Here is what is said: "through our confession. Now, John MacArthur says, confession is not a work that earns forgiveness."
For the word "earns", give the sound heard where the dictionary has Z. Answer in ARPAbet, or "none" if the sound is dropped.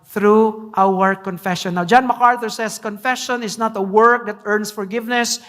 S